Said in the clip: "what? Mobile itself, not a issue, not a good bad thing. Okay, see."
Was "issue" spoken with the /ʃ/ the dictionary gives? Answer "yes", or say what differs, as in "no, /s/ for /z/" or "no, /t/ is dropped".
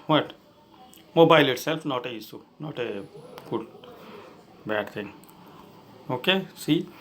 no, /s/ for /ʃ/